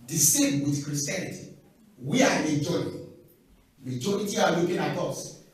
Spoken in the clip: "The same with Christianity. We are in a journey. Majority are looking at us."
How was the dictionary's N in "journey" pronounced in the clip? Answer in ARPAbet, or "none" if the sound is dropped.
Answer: none